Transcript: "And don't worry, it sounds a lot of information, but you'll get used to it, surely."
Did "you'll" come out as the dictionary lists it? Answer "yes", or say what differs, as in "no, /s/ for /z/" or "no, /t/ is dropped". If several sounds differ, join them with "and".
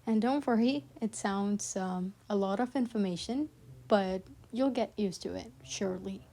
yes